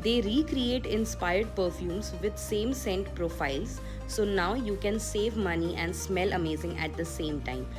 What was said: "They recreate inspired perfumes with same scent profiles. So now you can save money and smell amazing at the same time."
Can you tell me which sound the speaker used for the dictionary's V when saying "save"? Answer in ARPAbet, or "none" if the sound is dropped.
V